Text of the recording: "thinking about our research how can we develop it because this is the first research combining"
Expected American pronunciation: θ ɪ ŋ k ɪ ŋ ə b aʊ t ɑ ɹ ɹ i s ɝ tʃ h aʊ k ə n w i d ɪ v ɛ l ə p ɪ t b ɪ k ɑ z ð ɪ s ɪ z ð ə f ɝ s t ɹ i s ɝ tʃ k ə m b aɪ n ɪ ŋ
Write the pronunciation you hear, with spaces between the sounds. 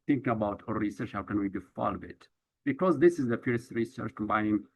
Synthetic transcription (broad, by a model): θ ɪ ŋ k ə b aʊ t ɑ ɹ ɹ i s ɝ tʃ h aʊ k ə n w i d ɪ f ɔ l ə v ɪ t b ɪ k ɑ z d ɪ s ɪ z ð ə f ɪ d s ɹ i s ɝ tʃ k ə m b aɪ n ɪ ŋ